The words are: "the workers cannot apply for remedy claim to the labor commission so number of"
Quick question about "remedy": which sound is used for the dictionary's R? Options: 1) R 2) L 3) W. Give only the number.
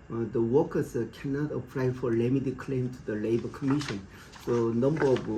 2